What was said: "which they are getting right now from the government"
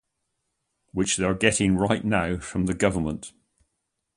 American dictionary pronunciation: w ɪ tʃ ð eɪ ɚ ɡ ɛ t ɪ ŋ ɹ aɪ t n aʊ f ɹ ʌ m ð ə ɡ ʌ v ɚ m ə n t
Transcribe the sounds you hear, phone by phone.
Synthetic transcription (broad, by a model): w ɪ tʃ ð eɪ ɚ ɡ ɛ t ɪ ŋ ɹ aɪ t n aʊ f ɹ ʌ m ð ə ɡ ʌ v ɚ m ə n t